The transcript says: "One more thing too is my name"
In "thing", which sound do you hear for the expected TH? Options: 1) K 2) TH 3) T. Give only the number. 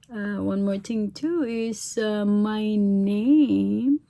3